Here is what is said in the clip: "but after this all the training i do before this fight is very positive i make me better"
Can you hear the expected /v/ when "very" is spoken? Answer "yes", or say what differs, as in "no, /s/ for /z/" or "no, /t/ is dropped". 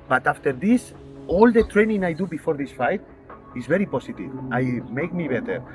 no, /b/ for /v/